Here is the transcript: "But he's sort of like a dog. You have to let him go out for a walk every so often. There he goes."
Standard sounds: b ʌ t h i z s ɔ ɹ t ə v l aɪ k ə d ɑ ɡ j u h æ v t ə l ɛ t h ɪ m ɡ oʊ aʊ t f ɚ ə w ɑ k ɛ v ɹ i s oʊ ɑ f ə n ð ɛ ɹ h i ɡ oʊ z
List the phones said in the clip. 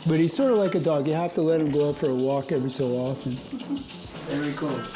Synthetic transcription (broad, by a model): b ʌ t h i z s ɔ ɹ t ə v l aɪ k ə d ɑ ɡ j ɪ h æ f t ə l ɛ t h ɪ m ɡ oʊ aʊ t f ɚ ə w ɑ k ɛ v ɹ i s oʊ ɑ f ə n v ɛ ɹ i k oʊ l